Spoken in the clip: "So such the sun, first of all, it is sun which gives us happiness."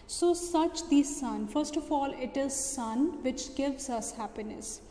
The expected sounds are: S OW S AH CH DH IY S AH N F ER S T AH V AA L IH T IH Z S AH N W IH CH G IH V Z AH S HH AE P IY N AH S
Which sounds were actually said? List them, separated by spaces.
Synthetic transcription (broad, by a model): S OW S AH CH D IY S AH N F ER S T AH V AA L IH T IH Z S AH N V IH CH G IH V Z AH S HH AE P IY N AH S